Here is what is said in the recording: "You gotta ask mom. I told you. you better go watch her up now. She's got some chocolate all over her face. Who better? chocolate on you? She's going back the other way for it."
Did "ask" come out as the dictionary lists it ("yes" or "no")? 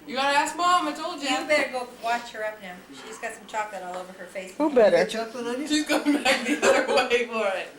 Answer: yes